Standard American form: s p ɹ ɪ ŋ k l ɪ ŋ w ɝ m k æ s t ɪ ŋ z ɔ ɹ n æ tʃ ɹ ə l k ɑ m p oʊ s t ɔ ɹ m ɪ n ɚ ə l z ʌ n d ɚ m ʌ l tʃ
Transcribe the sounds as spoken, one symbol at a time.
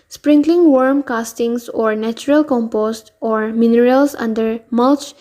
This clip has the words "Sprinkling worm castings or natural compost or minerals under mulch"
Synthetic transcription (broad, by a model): s p ɹ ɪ ŋ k l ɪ ŋ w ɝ m k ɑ s t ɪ ŋ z ɔ ɹ n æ tʃ ɹ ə l k ɑ m p oʊ s t ɔ ɹ m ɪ n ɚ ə l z ʌ n d ɚ m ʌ l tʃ